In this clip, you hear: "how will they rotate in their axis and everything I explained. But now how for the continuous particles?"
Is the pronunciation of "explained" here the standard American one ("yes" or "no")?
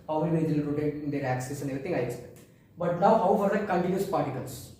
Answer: no